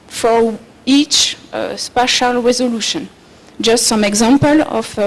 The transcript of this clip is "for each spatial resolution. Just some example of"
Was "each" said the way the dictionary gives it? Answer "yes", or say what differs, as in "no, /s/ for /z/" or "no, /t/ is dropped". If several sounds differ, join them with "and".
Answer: yes